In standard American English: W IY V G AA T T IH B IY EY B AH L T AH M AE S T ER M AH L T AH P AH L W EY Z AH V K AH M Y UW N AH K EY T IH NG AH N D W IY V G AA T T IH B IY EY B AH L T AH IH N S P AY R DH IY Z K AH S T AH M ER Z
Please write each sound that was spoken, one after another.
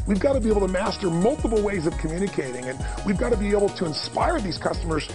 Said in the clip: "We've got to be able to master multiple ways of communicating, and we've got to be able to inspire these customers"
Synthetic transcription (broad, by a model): W IY V G AA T T IH B IY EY AH L T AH M AE S T ER M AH L T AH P L W EY Z AH V K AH M Y UW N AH K EY T IH NG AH N W IY V G AA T T IH B IY EY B L T AH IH N S P AY R DH IY Z K AH S T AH M ER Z